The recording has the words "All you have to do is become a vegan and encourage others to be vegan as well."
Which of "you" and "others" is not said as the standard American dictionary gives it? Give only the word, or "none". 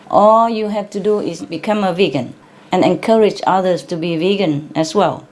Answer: others